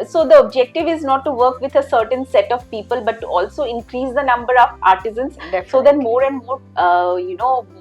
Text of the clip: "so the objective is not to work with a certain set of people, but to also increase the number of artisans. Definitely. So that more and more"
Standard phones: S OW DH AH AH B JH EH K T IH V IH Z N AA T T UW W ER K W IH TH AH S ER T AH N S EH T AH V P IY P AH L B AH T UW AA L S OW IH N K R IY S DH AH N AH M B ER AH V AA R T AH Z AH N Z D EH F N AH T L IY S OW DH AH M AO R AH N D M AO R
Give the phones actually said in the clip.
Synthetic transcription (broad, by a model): S OW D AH AH B JH EH K T IH V IH Z N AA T T UW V ER K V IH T AH S ER T AH N S EH T AH V P IY P AH L B AH T UW AA L S OW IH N K R IY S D AH N AH M B ER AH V AA R T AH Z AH N S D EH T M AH T IY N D M AO R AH N AO